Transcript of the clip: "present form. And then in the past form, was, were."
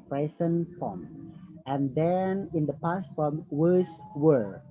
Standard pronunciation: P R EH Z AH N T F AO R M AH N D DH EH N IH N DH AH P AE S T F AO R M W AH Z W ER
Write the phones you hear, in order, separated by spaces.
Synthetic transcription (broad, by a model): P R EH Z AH N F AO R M AH N D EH N IH N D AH P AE S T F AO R M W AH S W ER